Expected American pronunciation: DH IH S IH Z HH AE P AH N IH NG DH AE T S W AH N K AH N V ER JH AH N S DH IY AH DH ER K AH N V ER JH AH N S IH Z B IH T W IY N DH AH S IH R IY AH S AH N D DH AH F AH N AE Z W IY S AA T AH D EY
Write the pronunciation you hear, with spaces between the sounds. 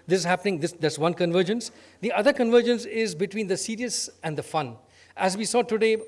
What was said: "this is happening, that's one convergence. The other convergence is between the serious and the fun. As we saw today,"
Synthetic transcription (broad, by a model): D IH S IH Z HH AE P AH N IH NG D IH S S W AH N K AH N V ER JH AH N S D IY AH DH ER K AH N V ER JH AH N S IH Z B IH T W IY N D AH S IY R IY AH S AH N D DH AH F AH N AE Z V IY S AA T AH D EY